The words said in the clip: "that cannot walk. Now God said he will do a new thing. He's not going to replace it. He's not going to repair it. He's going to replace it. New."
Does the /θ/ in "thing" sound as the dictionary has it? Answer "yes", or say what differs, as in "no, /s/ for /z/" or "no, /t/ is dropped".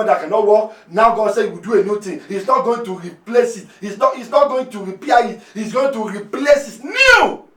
no, /t/ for /θ/